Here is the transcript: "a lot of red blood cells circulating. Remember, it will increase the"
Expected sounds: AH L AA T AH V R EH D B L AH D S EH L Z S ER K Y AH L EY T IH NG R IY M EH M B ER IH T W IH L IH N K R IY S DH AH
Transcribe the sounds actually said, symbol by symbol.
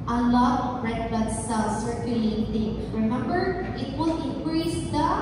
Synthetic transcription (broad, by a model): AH L AA T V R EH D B AH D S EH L S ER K Y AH L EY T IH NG R IY M EH M B ER IH T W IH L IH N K R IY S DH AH